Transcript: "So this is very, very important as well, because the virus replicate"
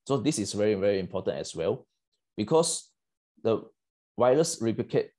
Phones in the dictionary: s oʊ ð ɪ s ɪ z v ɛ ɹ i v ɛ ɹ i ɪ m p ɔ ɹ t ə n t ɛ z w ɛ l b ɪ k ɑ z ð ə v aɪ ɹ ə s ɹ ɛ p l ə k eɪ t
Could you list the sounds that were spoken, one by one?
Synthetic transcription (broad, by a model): s oʊ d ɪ s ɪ s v ɛ ɹ i v ɛ ɹ i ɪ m p ɔ t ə n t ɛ s w ɛ l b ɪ k ɑ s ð ə w aɪ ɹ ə s ɹ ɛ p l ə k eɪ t